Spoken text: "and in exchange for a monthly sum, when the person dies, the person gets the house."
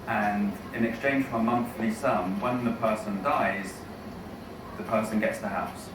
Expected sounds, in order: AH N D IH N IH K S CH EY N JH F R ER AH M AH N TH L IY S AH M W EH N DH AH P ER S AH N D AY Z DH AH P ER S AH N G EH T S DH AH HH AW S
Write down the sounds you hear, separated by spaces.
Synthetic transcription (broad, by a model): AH N IH N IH K S CH EY N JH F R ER AH M AH N TH L IY S AH M W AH N DH AH P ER S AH N D AY Z DH AH P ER S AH N G EH T S DH AH HH AW S